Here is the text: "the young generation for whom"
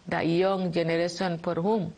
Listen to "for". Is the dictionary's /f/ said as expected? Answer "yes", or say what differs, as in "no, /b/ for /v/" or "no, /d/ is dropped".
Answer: no, /p/ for /f/